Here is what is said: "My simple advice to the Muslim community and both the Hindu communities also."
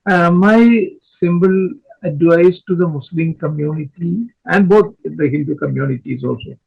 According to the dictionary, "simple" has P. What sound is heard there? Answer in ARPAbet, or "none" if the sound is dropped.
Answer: B